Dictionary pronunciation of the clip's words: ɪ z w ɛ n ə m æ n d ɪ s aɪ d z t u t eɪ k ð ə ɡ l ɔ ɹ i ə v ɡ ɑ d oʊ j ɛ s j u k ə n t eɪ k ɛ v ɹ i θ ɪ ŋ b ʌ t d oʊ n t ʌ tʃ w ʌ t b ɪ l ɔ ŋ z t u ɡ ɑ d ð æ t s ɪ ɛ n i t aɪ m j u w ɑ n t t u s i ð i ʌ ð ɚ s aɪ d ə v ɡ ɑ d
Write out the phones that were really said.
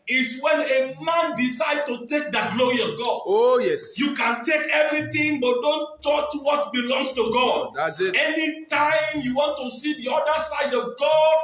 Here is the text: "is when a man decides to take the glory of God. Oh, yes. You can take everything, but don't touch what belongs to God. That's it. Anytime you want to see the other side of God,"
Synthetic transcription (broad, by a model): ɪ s w ɛ n ə m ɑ n d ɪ s aɪ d t u t eɪ k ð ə ɡ l ɔ ɹ i ə v ɡ ɑ d oʊ j ɛ s j u k ə n t eɪ k ɛ v ɹ i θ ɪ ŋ b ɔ t d oʊ n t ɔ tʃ w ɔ t b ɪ l ɔ ŋ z t u ɡ ɑ d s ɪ ɛ n i t aɪ m j u w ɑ n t t u s i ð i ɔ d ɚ s aɪ d ə v ɡ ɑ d